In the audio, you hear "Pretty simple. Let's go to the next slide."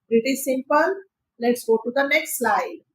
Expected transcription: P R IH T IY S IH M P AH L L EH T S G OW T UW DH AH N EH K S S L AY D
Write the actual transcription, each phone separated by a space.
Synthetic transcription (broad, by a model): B R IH T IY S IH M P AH N L EH T S G OW T UW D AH N EH K S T L AY D